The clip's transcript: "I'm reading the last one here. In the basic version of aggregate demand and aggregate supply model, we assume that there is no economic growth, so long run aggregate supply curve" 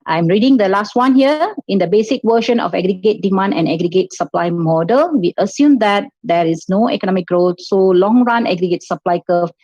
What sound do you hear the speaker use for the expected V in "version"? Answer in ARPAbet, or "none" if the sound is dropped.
W